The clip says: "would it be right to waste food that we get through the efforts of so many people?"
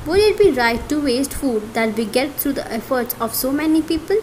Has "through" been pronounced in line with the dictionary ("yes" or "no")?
no